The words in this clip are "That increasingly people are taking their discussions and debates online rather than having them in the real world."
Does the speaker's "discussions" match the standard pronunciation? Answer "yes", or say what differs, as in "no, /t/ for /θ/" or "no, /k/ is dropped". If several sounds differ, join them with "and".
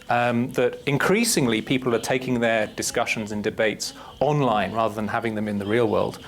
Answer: yes